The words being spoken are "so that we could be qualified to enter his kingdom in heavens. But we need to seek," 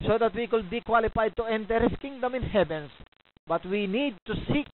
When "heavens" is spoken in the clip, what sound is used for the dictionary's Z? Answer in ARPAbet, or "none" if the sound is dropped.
S